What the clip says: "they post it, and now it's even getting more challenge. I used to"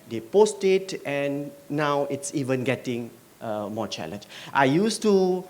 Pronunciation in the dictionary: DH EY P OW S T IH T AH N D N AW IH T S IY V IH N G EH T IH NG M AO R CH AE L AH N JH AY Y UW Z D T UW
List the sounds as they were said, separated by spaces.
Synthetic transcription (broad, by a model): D EY P OW S T IH T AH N N AW IH T S IY V IH N G EH T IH NG M AO CH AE L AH N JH AY Y UW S T UW